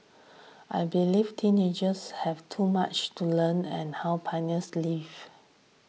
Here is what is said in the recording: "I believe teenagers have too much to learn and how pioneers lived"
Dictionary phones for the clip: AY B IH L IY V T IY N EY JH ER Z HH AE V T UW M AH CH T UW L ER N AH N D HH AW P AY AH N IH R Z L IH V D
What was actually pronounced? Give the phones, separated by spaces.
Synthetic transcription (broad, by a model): AY B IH L IY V T IY N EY JH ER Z HH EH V T UW M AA CH T UW L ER N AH N HH AW P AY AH N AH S L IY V